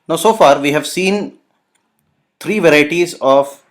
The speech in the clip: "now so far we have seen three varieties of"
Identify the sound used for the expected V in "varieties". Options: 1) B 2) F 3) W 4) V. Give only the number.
4